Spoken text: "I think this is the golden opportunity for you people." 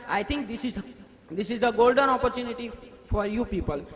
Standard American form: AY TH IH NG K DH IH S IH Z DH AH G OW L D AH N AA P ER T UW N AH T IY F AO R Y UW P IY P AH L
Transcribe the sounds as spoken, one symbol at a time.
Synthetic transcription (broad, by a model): AY T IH NG K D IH S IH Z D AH G OW L D AH N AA P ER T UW N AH T IY F AO R Y UW P IY P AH L